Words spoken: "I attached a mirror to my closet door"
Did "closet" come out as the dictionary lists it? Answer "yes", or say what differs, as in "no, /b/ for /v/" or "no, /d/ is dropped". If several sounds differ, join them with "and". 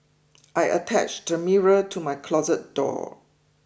yes